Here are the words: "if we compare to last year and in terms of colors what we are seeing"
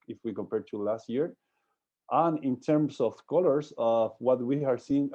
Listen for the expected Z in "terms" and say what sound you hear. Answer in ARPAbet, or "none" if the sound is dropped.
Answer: S